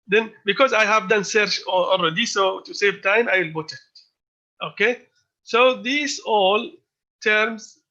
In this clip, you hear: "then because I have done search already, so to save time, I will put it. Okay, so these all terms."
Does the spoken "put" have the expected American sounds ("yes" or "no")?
no